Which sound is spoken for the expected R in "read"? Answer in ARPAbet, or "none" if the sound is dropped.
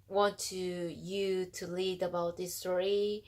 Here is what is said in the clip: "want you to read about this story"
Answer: L